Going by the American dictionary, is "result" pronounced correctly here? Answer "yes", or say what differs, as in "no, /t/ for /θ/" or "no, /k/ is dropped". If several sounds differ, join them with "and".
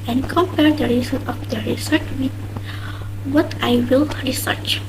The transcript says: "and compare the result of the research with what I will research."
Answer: no, /s/ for /z/ and /l/ is dropped